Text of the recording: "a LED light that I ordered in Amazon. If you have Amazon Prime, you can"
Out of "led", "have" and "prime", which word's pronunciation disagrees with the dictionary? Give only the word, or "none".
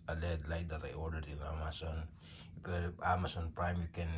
have